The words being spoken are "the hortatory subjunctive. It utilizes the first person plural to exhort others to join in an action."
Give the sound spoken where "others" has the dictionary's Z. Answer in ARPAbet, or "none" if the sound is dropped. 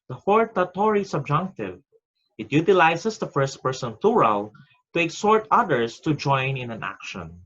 S